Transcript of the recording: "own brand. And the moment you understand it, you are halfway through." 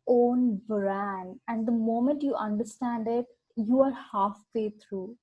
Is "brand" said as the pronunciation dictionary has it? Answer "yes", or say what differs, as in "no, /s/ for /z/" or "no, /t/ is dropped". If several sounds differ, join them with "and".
no, /d/ is dropped